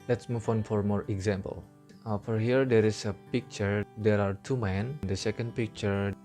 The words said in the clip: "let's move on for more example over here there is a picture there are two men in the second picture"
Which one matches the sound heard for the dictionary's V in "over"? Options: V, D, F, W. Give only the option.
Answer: F